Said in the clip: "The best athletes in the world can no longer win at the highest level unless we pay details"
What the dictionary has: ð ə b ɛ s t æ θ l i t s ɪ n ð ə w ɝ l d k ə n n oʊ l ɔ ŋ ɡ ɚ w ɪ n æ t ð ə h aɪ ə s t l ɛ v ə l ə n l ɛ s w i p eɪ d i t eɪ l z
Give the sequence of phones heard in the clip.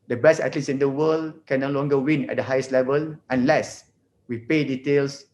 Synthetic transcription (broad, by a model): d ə b ɛ s t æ t l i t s ɪ n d ə w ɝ l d k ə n n oʊ l ɔ ŋ ɡ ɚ w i n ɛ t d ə h aɪ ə s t l ɛ v ə l ə n l ɛ s w i p eɪ d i t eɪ l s